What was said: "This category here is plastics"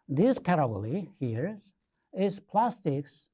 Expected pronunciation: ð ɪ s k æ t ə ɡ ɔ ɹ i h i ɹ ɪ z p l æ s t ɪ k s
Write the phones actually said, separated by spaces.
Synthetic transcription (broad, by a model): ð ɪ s k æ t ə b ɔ l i h i ɹ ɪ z p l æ s t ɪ k s